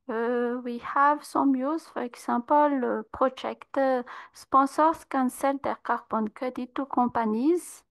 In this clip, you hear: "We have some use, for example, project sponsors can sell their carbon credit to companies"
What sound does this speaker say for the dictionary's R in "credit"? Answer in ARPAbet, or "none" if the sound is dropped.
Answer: none